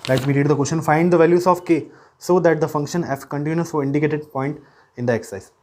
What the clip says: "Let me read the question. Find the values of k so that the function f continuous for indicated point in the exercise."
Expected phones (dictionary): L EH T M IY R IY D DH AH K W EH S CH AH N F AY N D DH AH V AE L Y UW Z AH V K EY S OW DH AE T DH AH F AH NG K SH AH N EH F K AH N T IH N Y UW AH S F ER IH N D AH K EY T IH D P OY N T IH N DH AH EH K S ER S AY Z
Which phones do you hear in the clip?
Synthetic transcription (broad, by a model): L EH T M IY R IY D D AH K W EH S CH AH N F AY N D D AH V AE L Y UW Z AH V K EY S OW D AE T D AH F AH NG K SH AH N EH F K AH N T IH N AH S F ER IH N D AH K EY T IH D P OY N T IH N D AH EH K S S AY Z